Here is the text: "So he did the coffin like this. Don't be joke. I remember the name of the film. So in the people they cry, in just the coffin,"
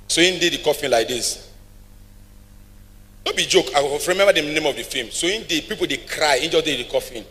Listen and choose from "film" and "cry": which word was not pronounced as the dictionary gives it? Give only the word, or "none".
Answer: film